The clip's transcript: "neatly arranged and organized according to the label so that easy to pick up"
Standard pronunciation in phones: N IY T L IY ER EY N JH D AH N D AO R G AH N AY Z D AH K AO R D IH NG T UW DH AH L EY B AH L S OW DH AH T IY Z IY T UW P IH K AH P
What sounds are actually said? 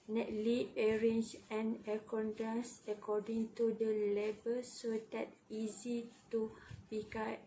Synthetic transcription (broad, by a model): N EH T L IY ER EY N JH AH N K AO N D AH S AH K AO D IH NG T UW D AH L EY B AH L S OW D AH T IY Z IY T UW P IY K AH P